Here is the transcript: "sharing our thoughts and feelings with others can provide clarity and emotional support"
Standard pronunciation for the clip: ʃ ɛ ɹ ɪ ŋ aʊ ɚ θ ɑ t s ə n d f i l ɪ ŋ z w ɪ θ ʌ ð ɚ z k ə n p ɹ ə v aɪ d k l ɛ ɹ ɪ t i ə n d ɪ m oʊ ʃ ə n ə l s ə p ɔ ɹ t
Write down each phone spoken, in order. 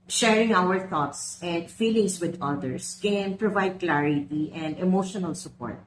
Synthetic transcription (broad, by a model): ʃ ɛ ɹ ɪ ŋ aʊ ɚ θ ɑ t s ə n d f i l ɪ ŋ s w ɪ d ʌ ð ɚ s k ə n p ɹ ə v aɪ d k l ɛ ɹ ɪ t i ə n d ɪ m oʊ ʃ ə n ə l s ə p ɔ ɹ t